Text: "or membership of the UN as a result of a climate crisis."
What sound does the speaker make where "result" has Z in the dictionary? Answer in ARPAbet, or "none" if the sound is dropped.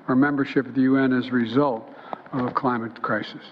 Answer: Z